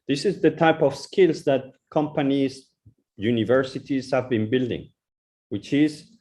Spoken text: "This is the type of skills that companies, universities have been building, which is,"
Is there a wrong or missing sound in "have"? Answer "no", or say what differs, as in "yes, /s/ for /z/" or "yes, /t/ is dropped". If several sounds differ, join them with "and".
no